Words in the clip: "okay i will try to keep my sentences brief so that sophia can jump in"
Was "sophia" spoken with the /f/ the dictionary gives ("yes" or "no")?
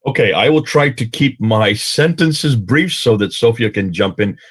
yes